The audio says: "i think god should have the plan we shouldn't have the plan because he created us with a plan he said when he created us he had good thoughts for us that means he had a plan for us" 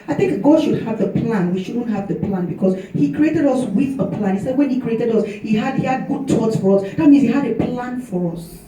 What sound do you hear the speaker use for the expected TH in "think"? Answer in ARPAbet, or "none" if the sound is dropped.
TH